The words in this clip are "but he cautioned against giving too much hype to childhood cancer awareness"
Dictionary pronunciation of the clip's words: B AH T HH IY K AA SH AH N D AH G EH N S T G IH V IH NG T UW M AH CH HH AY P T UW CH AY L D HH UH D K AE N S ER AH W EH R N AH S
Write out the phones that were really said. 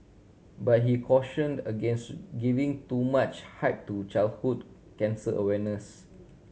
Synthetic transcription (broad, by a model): B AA T HH IY K AA SH AH N D AH G EH N S T G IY V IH NG T UW M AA CH HH AY P T UW CH AY L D HH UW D K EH N S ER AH W EH N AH S